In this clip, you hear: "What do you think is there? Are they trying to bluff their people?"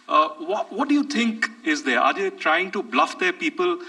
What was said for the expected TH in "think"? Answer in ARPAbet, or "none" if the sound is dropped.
T